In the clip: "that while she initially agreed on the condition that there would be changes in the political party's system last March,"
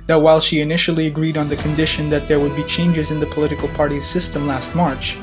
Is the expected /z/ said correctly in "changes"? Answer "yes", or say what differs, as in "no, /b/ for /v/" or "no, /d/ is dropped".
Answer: yes